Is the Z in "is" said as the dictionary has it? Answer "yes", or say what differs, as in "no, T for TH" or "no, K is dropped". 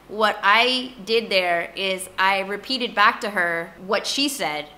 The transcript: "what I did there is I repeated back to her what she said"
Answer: yes